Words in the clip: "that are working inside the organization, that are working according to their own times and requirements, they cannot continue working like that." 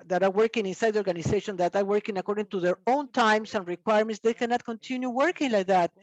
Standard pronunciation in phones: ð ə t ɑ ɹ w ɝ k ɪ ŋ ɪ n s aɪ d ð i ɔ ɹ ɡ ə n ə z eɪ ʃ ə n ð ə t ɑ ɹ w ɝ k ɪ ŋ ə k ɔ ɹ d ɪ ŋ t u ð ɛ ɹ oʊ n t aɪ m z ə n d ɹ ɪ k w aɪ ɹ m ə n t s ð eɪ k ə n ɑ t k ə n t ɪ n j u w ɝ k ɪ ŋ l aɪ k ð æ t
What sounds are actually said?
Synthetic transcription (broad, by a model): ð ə t ɑ ɹ w ɝ k ɪ ŋ ɪ n s aɪ d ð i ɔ ɹ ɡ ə n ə s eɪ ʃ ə n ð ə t ɑ ɹ w ɝ k ɪ ŋ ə k ɔ ɹ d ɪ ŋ t u ð ɛ ɹ oʊ n t aɪ m s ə n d ɹ ɪ k w aɪ ɹ m ə n t s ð eɪ k ə n ɑ t k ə n t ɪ n j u w ɝ k ɪ ŋ l aɪ k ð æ t